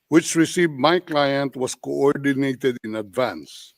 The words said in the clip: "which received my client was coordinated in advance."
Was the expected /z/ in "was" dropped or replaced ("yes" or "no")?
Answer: yes